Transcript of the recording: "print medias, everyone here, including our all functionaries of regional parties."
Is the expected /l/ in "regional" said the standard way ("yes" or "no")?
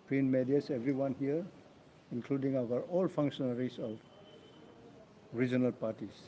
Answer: yes